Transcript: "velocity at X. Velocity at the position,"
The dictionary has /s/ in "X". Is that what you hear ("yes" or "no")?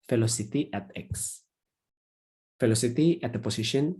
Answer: yes